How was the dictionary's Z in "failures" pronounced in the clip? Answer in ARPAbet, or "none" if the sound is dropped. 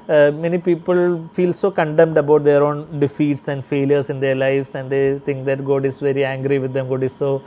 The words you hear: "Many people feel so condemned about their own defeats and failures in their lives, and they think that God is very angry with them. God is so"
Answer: S